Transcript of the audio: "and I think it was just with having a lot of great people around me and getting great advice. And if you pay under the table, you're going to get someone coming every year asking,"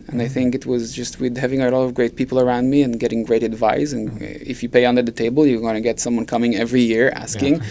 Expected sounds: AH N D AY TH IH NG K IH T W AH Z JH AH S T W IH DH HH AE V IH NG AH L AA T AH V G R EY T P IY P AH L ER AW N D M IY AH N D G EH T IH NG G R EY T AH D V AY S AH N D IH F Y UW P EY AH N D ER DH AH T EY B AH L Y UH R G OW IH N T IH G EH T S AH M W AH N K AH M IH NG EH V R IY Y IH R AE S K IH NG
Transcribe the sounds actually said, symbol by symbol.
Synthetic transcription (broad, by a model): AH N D AY TH IH NG K IH T W AH Z JH AH S T W IH DH HH AE V IH NG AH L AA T AH V G R EY T P IY P L ER AW N D M IY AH N G EH T IH NG G R EY T AH D V AY S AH N IH F Y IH P EY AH N D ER DH AH T EY B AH L Y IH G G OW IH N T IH G EH T S AH M W AH N K AH M IH NG EH V R IY Y IH R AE S K IH NG